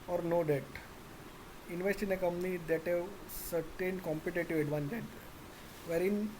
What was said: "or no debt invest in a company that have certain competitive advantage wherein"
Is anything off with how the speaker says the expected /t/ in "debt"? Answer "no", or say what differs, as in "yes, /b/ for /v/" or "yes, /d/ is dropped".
no